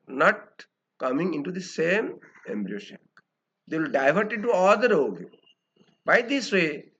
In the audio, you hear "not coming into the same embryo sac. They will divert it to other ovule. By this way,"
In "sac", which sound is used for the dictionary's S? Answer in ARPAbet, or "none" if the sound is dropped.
SH